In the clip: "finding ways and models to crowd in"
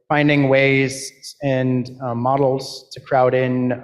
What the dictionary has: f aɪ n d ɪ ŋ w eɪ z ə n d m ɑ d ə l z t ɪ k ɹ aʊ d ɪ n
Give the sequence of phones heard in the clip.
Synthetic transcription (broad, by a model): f aɪ n d ɪ ŋ w eɪ z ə n m ɑ d l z t ɪ k ɹ aʊ d ɪ n